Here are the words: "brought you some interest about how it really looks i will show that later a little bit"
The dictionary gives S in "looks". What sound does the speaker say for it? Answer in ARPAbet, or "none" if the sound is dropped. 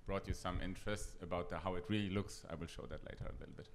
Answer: S